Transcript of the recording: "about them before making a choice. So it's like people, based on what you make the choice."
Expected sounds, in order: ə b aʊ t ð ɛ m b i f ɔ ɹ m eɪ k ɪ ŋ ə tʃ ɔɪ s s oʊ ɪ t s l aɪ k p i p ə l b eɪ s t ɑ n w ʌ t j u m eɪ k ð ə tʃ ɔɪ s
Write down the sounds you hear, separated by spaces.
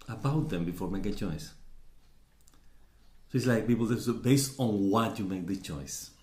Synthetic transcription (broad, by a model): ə b aʊ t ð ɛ m b i f ɔ ɹ m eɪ ɪ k ə tʃ ɔɪ s s oʊ ɪ t s l aɪ k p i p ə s b eɪ s t ɑ n w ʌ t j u m eɪ k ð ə tʃ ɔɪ s